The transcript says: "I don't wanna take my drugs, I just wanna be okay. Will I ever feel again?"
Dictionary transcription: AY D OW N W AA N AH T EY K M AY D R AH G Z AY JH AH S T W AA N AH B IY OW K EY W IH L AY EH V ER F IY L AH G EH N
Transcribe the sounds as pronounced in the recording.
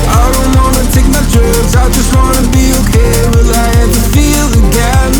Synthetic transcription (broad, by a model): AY D OW N W AA N AH T EY K M AY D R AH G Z AY JH AH S T W AA N AH B IY OW K EY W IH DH AY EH ER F IY L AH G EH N